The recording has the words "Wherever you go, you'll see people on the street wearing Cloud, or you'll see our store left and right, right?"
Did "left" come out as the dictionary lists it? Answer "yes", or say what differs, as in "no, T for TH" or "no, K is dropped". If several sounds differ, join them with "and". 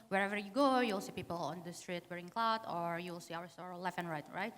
no, T is dropped